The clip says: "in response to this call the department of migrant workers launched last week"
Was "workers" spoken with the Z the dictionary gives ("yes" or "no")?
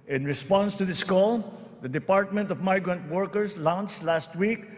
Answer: no